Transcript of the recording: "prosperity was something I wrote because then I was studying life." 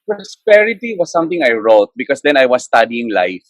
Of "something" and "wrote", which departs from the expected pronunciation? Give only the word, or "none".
something